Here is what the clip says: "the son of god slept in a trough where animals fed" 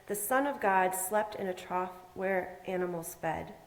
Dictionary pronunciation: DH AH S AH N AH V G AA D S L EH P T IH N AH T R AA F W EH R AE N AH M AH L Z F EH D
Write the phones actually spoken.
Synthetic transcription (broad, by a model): DH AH S AH N AH V G AA D S L EH P T IH N AH T R AA F W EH R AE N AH M L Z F EH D